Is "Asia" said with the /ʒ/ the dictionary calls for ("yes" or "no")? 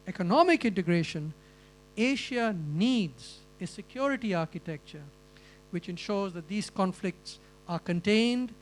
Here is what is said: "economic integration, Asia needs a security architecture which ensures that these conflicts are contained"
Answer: no